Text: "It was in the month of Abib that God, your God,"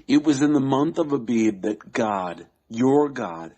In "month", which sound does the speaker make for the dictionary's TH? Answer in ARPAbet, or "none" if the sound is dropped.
TH